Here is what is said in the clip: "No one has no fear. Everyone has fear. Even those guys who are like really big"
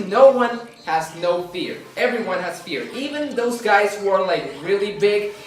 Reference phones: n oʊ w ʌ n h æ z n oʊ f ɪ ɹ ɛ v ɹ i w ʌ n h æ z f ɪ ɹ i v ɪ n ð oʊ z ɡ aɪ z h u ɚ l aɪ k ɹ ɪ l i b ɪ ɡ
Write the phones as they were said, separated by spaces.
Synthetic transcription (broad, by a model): n oʊ w ʌ n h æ z n oʊ f ɪ ɹ ɛ v ɹ i w ʌ n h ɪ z f ɪ ɹ i v ɪ n ð oʊ z ɡ aɪ z h u ɚ l aɪ k ɹ ɪ l i b ɪ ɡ